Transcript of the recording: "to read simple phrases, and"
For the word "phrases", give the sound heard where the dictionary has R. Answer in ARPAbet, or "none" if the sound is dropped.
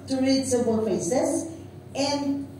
none